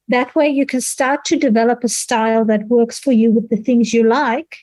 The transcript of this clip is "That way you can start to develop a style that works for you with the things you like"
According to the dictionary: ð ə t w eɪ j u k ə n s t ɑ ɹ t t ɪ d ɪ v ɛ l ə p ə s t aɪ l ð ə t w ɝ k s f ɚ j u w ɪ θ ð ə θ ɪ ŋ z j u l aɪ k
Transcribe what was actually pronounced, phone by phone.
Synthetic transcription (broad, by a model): ð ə t w eɪ j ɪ k ə n s t ɑ ɹ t t ɪ d ɪ v ɛ l ə p ə s t aɪ l ð ə t w ɝ k s f ɚ j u w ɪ ð ə θ ɪ ŋ z j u l aɪ k